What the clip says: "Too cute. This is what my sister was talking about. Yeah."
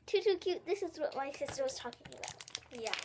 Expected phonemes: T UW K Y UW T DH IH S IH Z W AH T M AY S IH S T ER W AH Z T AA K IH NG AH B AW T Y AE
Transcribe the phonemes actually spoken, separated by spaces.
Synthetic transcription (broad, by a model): T UW K Y UW T DH IH S IH Z W AH T M AY S IH S T ER W AH Z T AA K IH NG AH B AW T Y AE